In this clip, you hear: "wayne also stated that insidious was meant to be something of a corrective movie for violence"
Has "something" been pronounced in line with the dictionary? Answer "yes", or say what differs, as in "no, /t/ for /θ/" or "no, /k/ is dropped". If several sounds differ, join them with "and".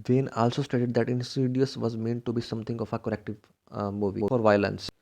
no, /t/ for /θ/